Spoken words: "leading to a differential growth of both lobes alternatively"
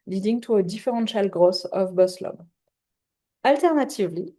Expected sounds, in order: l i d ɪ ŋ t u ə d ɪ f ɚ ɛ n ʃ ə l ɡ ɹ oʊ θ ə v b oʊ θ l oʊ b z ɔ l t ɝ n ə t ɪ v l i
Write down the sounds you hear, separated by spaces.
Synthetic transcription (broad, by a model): l i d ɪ ŋ t u ə d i f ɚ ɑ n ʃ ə l ɡ ɹ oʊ s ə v b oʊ s l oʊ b ɑ l t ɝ n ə t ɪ v l i